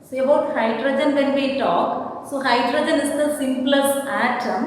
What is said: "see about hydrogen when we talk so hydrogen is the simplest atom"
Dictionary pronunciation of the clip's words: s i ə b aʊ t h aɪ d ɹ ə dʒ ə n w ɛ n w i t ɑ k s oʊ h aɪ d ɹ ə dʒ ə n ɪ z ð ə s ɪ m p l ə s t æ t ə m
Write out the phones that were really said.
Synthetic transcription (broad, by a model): s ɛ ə ʊ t h aɪ d ɹ ə dʒ ə n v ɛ n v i t ɑ k s oʊ h aɪ d ɹ ə dʒ ə n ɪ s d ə s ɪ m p l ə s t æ t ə m